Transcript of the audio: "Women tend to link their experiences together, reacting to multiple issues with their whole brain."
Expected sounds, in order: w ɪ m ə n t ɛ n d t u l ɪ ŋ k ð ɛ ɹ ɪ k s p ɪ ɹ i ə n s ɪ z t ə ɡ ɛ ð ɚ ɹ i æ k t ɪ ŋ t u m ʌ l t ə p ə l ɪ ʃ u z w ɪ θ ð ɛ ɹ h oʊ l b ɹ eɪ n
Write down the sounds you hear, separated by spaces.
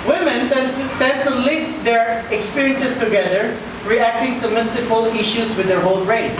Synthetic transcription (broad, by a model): w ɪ m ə n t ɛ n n t u l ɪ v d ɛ ɹ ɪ k s p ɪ ɹ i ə n s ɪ s t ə ɡ ɛ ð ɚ ɹ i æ k t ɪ ŋ t u m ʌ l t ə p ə l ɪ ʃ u s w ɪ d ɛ ɹ h oʊ l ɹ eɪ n